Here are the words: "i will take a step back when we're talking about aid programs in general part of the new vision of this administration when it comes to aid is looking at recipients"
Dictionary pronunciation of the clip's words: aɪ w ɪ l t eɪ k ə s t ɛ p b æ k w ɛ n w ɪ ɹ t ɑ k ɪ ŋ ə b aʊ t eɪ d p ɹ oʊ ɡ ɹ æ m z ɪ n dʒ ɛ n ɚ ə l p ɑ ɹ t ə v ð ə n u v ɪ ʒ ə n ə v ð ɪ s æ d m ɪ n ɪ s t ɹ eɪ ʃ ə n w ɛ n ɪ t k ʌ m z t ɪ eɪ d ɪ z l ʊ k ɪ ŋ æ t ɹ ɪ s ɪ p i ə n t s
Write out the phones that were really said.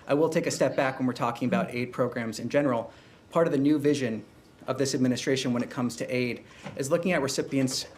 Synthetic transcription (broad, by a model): aɪ w ɪ l t eɪ k ə s t ɛ p b æ k w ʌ n w ɪ ɹ t ɑ k ɪ ŋ ə b aʊ t eɪ d p ɹ oʊ ɡ ɹ æ m z ɪ n dʒ ɛ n ɚ l p ɑ ɹ t ə v ð ə n u v ɪ ʒ ə n ə v ð ɪ s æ d m ɪ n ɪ s t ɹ eɪ ʃ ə n w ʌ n ɪ t k ʌ m z t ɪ eɪ d ɪ z l ʊ k ɪ ŋ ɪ t ɹ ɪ s ɪ p i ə n t s